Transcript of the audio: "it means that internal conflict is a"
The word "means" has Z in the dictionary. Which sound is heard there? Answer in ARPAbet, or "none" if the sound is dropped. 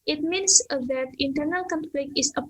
S